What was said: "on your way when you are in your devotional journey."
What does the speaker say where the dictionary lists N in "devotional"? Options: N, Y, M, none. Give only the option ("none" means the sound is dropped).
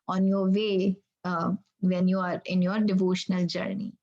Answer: N